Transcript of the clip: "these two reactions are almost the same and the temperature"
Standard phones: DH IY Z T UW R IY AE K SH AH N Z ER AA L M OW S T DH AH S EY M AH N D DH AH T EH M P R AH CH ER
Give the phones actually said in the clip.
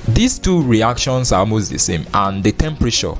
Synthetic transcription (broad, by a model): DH IY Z T UW R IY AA K SH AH N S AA M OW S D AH S EY M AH N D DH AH T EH M P R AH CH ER